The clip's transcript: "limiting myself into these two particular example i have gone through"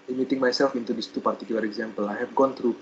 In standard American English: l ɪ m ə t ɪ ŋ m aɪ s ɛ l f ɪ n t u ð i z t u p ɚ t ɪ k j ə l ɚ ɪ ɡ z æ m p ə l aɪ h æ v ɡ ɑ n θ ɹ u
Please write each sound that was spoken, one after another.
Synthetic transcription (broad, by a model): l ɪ m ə t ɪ ŋ m aɪ s ɛ l f ɪ n t u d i s t u p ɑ t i k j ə l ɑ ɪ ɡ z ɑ m p ə l aɪ h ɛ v ɡ ɑ n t ɹ u